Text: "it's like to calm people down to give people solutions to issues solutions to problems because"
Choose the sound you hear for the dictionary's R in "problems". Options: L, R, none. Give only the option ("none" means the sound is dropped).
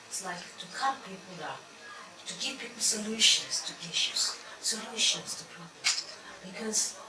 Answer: none